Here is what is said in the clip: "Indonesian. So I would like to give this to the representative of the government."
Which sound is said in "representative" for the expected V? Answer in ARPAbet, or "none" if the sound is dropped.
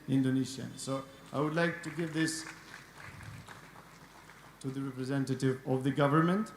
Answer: V